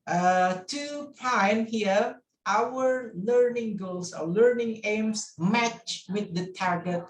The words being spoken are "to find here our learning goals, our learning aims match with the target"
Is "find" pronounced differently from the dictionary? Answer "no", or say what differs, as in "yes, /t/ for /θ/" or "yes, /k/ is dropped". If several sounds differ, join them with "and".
yes, /p/ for /f/